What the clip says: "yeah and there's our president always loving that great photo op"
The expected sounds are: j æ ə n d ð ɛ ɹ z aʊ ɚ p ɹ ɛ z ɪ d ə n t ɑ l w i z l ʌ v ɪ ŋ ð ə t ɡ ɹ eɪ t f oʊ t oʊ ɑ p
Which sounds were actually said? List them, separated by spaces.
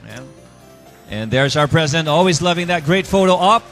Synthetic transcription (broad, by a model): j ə n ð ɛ ɹ z aʊ ɚ p ɹ ɛ z ɪ d ə n t ɑ l w i z l ʌ v ɪ ŋ ð ə t ɡ ɹ eɪ t f oʊ t oʊ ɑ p